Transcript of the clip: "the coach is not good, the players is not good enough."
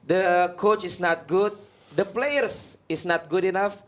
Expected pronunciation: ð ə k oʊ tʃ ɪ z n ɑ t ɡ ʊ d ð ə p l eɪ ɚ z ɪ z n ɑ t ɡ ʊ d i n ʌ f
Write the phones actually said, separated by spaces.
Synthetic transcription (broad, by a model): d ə k oʊ tʃ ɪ s n ɑ t ɡ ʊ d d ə p l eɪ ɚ s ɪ s n ɑ t ɡ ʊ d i n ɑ f